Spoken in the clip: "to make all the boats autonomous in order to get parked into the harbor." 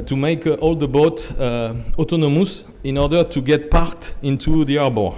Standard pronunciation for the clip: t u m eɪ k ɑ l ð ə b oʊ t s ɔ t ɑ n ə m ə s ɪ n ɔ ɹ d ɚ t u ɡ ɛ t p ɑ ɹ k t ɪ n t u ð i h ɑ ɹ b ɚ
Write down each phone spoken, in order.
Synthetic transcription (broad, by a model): t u m eɪ k ɑ l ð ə b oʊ t ɔ t ɑ n ə m ə s ɪ n ɔ ɹ d ɚ t u ɡ ɛ t p ɑ ɹ k t ɪ n t u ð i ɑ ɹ b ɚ